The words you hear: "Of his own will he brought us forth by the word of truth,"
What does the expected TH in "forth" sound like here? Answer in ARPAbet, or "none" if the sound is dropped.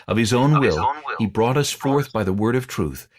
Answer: TH